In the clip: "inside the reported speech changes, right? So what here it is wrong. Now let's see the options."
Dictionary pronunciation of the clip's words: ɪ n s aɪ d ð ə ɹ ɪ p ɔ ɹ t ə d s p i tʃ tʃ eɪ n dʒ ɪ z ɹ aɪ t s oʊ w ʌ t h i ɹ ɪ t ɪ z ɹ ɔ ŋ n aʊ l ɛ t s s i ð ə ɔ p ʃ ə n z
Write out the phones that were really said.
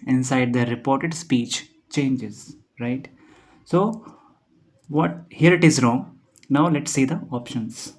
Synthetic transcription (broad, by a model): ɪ n s aɪ d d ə ɹ ɪ p ɔ ɹ t ə d s p i tʃ tʃ eɪ n dʒ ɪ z ɹ aɪ t s oʊ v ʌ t h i ɹ ɪ t ɪ z ɹ ɔ ŋ n aʊ l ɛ t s s i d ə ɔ p ʃ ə n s